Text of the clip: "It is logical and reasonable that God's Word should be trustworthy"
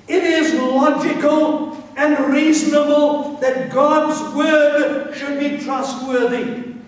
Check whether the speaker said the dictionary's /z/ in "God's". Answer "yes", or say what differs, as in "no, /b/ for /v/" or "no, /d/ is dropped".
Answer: yes